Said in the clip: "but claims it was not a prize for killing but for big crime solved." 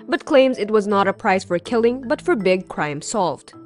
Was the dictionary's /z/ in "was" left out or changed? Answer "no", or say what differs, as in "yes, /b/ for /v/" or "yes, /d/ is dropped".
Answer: no